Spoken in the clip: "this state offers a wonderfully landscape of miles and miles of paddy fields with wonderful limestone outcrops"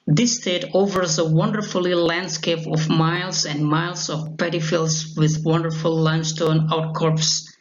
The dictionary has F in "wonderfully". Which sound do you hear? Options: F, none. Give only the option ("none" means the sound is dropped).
F